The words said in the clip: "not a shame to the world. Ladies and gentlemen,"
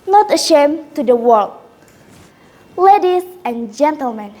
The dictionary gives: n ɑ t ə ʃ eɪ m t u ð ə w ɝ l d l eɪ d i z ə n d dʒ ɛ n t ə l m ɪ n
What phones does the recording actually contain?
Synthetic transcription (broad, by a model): n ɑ t ə ʃ eɪ m t u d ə w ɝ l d l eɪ d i s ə n dʒ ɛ n t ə l m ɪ n